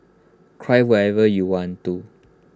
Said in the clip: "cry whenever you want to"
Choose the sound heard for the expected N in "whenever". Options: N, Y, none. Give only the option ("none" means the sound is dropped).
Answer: none